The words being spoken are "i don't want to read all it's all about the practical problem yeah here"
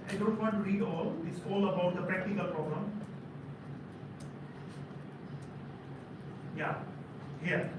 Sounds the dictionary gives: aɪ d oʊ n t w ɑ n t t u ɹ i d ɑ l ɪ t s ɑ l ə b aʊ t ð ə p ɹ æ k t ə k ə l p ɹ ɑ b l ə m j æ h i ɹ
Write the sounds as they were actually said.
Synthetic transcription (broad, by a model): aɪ d oʊ n t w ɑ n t t u ɹ i d ɑ l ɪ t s ɑ l ə b aʊ t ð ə p ɹ æ k t ə k ə l p ɹ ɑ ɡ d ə m j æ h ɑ